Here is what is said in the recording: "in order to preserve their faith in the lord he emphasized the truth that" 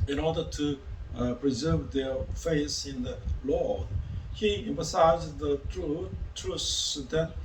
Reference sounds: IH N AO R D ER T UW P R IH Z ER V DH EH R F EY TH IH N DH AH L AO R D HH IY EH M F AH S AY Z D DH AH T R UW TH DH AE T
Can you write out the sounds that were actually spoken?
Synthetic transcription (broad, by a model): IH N AO R D ER T UW P R IH Z ER V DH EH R F EY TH IH N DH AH L AO R D HH IY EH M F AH S AY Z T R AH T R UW S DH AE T